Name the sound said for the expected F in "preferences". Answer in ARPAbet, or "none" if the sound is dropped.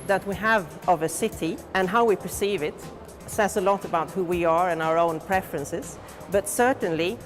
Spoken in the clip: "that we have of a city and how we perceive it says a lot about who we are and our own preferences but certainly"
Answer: F